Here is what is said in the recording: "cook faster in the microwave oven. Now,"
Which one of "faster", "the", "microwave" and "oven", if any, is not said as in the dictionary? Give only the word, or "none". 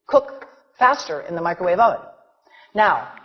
oven